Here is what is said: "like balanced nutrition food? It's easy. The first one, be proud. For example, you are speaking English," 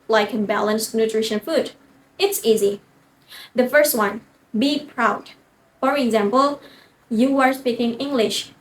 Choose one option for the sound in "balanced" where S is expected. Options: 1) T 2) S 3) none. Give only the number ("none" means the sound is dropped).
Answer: 2